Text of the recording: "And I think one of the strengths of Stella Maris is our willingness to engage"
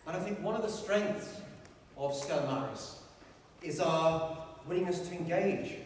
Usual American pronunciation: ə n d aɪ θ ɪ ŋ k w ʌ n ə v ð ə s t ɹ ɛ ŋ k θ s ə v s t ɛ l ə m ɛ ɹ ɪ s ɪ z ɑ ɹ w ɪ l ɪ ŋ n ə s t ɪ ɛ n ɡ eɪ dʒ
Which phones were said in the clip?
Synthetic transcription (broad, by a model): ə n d aɪ θ ɪ ŋ k w ʌ n ə v ð ə s t ɹ ɛ ŋ k θ s ə v s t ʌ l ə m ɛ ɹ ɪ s ɪ z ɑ w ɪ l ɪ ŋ ə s t ɪ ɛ n ɡ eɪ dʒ